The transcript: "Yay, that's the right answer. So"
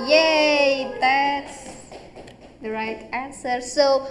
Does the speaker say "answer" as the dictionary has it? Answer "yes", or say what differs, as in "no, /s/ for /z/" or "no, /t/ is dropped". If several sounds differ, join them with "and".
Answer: yes